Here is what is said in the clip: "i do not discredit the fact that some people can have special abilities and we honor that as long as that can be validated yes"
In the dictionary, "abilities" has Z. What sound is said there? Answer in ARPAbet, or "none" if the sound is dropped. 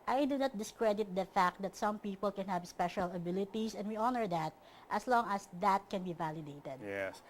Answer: S